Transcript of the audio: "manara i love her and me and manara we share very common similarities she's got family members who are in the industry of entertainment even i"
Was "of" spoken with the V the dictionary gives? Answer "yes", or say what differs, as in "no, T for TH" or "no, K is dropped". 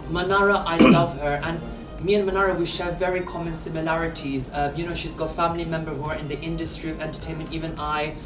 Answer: yes